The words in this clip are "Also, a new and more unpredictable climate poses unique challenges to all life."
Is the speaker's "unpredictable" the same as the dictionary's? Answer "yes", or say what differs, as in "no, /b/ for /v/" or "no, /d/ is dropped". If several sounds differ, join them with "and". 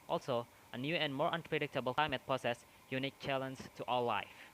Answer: yes